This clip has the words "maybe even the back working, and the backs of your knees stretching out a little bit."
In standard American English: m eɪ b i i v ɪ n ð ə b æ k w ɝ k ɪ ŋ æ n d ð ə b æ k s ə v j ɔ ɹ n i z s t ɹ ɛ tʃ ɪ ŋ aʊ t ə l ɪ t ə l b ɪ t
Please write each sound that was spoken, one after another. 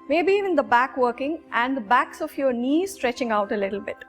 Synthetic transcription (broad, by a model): m eɪ b i i v ɪ n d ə b æ k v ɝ k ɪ ŋ æ n d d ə b æ k s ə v j ɔ ɹ n i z s t ɹ ɛ tʃ ɪ ŋ aʊ t ə l ɪ t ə l b ɪ t